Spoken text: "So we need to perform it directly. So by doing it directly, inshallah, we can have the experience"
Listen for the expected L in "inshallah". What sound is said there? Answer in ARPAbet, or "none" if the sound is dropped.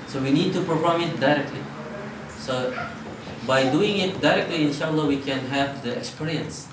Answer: L